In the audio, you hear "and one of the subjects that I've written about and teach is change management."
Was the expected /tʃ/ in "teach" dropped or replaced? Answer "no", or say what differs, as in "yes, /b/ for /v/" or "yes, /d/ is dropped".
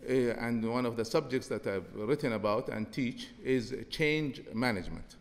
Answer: no